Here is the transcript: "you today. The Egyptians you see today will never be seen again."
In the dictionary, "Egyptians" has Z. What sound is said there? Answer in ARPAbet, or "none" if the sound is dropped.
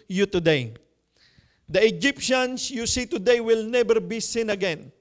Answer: S